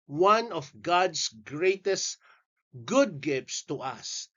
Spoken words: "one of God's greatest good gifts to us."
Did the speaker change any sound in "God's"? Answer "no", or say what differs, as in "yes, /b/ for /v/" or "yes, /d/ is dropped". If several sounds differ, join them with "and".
yes, /s/ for /z/